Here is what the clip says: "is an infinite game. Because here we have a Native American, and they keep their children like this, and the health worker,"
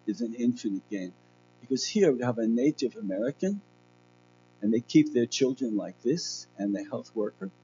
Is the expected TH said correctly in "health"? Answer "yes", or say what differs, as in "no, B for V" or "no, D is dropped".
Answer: yes